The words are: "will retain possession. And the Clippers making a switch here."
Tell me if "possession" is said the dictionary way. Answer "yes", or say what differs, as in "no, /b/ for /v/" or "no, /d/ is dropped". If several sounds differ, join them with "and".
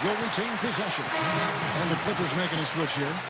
yes